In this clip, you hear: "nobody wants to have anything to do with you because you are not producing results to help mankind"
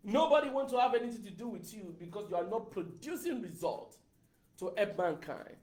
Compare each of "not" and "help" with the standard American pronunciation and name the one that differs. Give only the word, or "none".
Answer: help